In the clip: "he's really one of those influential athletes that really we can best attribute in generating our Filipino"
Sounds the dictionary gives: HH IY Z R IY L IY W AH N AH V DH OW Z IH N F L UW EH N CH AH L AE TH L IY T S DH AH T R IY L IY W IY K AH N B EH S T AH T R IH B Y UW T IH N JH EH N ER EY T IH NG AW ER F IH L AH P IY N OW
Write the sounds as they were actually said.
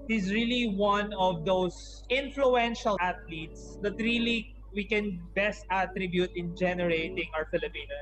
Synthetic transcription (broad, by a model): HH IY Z R IY L IY W AH N AH V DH OW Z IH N F L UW EH N SH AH L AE T L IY T S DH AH T R IY L IY W IY K AH N B EH S T AH T R IH B Y UW T IH N JH EH N ER EY T IH NG AW ER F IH L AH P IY N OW